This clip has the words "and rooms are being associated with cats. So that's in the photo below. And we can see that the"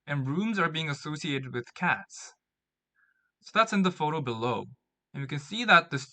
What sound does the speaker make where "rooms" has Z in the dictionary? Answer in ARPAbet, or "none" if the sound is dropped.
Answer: Z